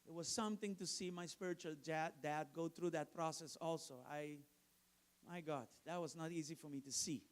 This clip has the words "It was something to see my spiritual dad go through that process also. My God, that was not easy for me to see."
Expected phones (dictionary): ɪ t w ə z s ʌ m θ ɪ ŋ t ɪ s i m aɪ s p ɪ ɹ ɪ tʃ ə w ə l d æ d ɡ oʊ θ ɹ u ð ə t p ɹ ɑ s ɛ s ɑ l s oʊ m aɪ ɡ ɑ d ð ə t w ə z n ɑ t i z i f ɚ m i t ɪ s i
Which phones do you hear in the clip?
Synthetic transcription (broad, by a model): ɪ t w ə z s ʌ m θ ɪ ŋ t ɪ s i m aɪ s p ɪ ɹ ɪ tʃ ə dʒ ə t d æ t ɡ oʊ θ ɹ u ð ə t p ɹ ɑ s ɛ s ɑ l s oʊ m aɪ ɡ ɑ d ð ə t w ə z n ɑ t i z i f ɚ m i t ɪ s i